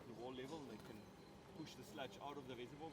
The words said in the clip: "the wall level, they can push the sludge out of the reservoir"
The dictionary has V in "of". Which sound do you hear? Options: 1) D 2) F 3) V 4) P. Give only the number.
3